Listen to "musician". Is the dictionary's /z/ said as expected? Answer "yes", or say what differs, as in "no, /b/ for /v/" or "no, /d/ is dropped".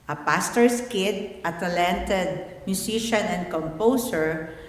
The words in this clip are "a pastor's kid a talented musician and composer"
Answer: no, /s/ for /z/